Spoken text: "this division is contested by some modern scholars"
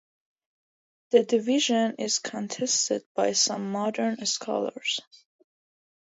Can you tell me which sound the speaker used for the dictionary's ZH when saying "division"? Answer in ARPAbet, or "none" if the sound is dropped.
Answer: ZH